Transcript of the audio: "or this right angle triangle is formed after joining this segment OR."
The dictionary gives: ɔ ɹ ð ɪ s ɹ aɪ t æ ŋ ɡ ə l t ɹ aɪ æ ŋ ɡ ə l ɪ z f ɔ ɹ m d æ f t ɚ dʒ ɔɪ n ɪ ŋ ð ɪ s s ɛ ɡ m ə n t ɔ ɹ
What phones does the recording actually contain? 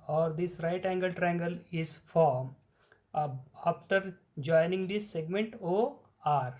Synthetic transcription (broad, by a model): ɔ ɹ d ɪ s ɹ aɪ t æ ŋ ɡ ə l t ɹ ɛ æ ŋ ɡ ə l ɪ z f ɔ ɹ m ɑ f t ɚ dʒ ɔɪ n ɪ ŋ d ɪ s s ɛ ɡ m ə n t ɔ ɹ